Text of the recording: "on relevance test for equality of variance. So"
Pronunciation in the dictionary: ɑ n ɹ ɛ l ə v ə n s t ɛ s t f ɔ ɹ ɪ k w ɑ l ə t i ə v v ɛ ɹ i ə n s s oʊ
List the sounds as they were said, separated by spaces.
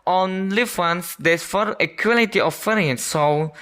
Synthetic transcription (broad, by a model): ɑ n l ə w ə n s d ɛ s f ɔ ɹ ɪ k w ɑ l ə t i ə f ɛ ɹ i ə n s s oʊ